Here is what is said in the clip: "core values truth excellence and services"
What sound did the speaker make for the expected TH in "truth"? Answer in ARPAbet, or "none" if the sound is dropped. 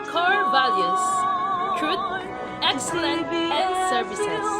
T